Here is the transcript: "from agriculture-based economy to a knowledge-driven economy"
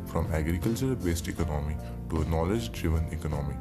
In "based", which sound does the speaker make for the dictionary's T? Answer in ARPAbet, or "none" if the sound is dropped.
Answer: T